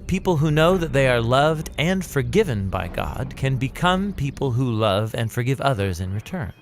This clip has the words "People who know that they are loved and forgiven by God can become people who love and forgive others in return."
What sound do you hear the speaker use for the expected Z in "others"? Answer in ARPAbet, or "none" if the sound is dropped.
Z